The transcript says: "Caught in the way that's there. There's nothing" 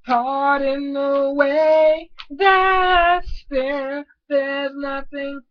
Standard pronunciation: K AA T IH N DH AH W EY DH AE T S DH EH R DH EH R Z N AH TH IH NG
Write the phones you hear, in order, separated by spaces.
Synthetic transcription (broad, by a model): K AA T IH N DH AH W EY DH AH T S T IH L DH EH R Z N AH TH IH NG